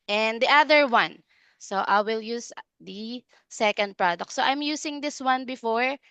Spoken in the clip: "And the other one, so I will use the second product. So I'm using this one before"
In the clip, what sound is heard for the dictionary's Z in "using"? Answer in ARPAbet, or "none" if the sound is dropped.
S